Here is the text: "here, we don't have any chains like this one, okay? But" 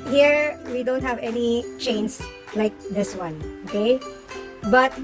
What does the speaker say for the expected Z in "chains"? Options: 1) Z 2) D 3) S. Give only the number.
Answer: 3